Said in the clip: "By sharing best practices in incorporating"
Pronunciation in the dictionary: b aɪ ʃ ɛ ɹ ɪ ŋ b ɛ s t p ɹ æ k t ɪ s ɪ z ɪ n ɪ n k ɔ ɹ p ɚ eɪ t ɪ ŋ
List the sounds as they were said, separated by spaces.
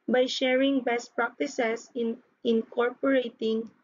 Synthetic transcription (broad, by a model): b aɪ ʃ ɛ ɹ ɪ ŋ b ɛ s t p ɹ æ k t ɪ s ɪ s ɪ n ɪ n k ɔ ɹ p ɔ eɪ t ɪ ŋ